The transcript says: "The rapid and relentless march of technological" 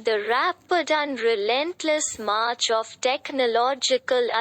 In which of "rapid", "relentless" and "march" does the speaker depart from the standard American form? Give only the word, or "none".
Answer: none